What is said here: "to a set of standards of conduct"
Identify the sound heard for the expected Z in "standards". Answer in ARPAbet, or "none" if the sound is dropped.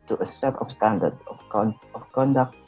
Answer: none